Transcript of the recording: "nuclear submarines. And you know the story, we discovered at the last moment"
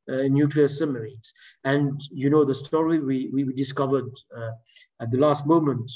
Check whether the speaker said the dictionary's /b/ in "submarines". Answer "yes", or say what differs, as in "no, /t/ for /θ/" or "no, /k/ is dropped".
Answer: no, /b/ is dropped